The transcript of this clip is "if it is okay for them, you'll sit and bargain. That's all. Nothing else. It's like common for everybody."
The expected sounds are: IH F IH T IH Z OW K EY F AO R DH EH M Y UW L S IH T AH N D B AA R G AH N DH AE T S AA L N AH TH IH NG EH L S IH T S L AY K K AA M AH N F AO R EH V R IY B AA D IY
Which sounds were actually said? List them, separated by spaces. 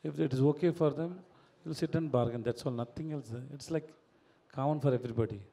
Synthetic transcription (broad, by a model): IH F IH T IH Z OW K EY F AO R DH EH M Y UW L S IH T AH N B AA R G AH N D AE T S AA L N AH T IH NG EH L S IH T S L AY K K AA AH N F AO R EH V R IY B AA D IY